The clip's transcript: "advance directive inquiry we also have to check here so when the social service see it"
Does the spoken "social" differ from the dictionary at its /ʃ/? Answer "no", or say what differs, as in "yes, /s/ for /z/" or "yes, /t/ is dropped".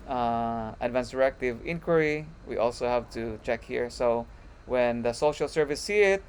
no